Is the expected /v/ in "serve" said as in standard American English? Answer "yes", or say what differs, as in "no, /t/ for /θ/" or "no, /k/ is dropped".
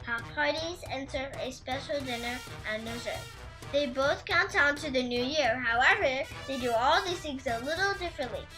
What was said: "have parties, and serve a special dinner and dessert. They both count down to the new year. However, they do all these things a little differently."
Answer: no, /v/ is dropped